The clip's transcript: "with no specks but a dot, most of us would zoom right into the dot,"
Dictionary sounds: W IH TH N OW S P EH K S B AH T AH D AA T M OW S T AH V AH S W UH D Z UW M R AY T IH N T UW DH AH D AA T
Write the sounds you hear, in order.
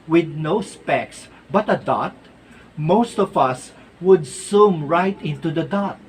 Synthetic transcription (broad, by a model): W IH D N OW S P EH K S B AH T AH D AA T M OW S T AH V AH S W UH D S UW M R AY T IH N T UW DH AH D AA T